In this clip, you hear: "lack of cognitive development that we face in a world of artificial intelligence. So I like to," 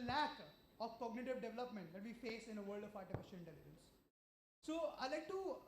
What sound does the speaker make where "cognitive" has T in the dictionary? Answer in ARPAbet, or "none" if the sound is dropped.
T